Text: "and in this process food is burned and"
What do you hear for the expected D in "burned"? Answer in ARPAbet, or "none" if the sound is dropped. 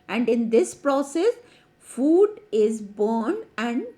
none